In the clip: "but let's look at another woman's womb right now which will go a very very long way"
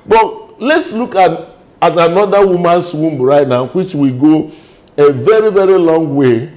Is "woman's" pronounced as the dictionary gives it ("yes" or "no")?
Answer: no